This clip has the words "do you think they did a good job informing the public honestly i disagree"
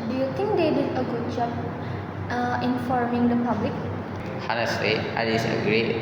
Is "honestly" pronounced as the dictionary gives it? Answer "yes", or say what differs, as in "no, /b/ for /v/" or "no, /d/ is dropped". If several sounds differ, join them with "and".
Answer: no, /l/ is dropped